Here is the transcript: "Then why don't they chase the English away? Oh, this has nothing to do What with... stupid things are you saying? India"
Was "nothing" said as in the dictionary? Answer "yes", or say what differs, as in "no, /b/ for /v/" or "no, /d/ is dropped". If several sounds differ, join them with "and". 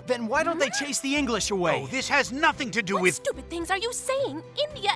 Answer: yes